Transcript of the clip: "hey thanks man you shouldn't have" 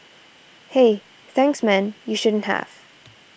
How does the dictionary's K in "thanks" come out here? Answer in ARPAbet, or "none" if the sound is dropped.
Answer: K